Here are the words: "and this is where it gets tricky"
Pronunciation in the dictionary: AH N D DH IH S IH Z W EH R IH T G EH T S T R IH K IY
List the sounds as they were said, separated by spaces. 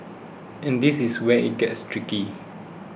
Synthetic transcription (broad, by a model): AH N D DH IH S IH S W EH IH T G EH T S T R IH K IY